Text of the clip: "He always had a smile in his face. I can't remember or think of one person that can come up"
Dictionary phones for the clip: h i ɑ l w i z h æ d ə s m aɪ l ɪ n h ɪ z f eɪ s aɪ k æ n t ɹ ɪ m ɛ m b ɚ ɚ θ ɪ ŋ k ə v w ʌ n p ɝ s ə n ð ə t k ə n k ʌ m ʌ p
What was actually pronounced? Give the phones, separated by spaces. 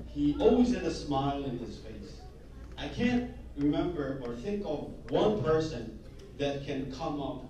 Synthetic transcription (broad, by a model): h i ɑ l w i z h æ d ə s m aɪ l ɪ n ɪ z f eɪ s aɪ k æ n t ɹ ɪ m ɛ m b ɚ ɚ θ ɪ ŋ k ə v w ʌ n p ɝ s ə n ð ə t k ə n k ʌ m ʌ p